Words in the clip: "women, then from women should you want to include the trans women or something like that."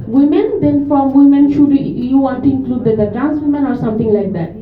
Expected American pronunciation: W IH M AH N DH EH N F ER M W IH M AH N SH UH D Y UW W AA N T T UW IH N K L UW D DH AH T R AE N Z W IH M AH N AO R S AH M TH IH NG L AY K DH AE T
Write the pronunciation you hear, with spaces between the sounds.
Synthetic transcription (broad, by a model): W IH M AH N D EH N F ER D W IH M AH N SH UH D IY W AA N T T UW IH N K L UW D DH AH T R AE N S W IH M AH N AO R S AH M T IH NG L AY K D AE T